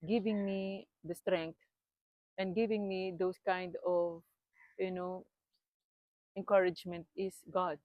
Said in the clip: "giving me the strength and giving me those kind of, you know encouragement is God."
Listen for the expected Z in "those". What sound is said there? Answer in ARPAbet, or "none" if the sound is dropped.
S